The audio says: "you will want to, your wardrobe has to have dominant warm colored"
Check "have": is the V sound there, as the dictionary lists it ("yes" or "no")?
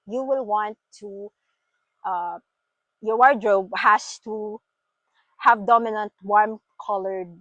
yes